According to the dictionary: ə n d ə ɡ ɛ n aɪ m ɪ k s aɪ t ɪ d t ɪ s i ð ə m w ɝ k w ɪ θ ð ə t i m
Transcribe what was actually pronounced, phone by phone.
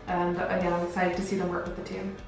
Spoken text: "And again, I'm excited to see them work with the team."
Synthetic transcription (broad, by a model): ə n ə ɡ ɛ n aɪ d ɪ s aɪ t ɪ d t ɪ s i ð ə m w ɝ k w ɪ ð ə t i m